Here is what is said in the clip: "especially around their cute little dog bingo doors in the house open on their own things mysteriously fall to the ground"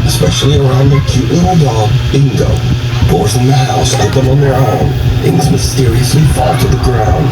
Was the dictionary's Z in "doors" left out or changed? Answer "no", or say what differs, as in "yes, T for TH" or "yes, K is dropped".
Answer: yes, Z is dropped